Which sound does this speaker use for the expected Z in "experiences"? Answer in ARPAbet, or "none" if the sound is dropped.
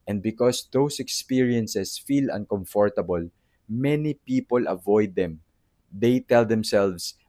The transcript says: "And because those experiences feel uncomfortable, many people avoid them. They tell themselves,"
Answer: S